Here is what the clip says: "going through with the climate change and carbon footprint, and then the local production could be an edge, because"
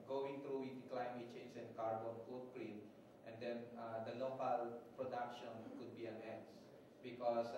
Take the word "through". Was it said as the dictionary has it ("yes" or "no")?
no